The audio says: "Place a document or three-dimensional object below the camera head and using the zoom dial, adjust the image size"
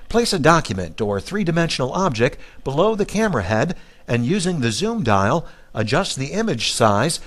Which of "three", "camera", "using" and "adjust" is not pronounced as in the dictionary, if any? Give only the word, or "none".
none